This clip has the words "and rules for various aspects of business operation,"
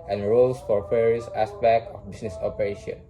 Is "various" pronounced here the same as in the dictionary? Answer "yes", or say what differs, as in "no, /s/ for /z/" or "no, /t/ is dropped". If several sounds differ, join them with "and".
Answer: no, /f/ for /v/